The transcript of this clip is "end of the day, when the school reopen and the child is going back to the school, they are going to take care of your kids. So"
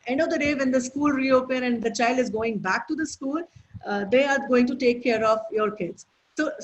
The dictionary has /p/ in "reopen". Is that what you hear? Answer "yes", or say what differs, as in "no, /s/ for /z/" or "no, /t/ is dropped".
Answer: yes